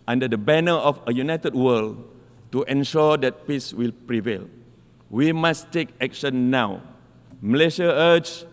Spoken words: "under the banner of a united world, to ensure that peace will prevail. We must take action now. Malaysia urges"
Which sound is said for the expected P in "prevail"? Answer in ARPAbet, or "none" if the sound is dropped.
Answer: P